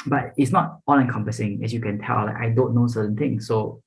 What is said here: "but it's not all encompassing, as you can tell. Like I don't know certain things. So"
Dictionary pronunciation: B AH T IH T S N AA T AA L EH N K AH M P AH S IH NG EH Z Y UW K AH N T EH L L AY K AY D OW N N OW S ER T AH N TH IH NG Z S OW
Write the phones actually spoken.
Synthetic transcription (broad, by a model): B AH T IH T S N AA T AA N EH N K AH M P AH S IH NG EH S Y UW K AH N T EH L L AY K AY D OW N N OW S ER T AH N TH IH NG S S OW